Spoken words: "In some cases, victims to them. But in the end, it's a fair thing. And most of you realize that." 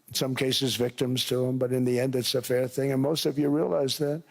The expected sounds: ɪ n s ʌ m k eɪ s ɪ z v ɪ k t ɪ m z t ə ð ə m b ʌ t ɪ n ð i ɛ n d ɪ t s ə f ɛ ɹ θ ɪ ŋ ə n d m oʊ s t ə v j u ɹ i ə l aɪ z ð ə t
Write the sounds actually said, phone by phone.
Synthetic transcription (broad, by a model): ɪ n s ʌ m k eɪ s ɪ z v ɪ k t ɪ m z t ə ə m b ʌ t ɪ n ð i ɛ n d ɪ t s ə f ɛ ɹ θ ɪ ŋ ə n m oʊ s t ə v j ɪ ɹ i ə l aɪ z ð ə t